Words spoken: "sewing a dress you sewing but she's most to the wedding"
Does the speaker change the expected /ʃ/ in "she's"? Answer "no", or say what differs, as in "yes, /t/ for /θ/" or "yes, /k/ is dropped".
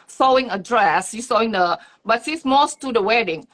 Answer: yes, /s/ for /ʃ/